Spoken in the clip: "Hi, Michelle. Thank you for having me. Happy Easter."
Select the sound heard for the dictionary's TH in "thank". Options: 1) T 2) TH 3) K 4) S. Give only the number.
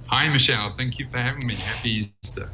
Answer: 2